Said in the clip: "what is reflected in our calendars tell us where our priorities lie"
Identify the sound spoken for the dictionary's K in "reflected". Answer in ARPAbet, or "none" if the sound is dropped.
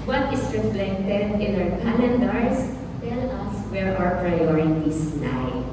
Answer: none